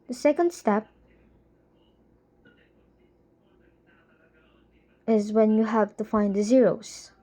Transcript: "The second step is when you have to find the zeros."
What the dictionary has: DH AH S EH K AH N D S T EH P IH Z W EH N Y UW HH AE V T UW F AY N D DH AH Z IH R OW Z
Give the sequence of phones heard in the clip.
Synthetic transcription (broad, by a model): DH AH S EH K AH N D S T EH P IH Z W EH N Y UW HH AE V T UW F AY N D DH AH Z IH R OW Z